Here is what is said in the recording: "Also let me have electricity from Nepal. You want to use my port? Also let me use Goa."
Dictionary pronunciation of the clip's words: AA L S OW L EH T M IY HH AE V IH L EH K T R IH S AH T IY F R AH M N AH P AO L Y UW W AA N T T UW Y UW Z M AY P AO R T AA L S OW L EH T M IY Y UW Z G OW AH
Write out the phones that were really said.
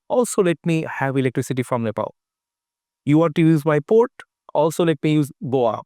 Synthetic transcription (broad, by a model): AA L S OW L EH T M IY HH AE V IH L EH K T R IH S AH T IY F R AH M L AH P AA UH Y UW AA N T T UW Y UW Z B AY P AO R T AA L S OW L EH T M IY Y UW Z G OW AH